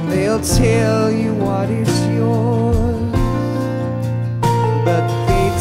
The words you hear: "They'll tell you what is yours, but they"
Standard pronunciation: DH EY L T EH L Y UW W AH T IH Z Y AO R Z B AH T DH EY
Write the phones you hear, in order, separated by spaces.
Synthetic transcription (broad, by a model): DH EY L T EH L Y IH W AH T IH S Y AO R Z B AH T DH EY